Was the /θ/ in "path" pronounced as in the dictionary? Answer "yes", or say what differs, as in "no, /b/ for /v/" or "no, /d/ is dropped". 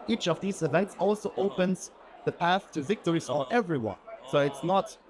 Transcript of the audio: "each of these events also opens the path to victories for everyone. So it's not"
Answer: yes